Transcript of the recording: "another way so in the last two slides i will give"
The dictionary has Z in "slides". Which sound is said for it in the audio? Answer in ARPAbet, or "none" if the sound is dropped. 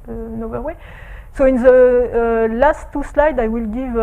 none